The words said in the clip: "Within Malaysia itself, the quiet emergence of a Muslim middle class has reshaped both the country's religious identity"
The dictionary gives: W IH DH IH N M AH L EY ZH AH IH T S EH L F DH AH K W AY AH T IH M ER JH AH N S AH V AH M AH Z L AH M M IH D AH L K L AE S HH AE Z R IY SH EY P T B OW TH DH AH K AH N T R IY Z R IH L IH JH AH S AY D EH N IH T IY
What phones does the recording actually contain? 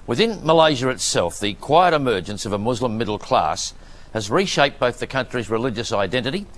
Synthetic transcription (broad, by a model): W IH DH IH N M AH L EY ZH AH IH T S EH L F DH AH K W AY AH T IH M ER JH AH N S AH V AH M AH Z L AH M M IH D L K L AE S HH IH Z R IY SH EY P B OW TH DH AH K AH N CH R IY Z R IH L IH JH AH S AY D EH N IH T IY